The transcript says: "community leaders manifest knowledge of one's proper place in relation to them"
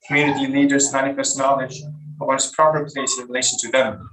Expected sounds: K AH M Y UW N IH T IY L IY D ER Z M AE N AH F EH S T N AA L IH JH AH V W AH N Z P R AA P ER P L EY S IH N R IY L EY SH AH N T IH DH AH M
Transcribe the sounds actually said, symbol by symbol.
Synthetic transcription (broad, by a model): K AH M Y UW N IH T IY L IY D ER Z M AE N AH F EH S T N AA L IH JH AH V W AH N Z P R AA P ER P L EY S IH N R IY L EY SH AH N T IH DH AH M